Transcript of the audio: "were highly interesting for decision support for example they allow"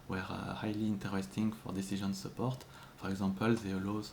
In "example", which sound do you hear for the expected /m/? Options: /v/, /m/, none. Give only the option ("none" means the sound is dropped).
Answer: none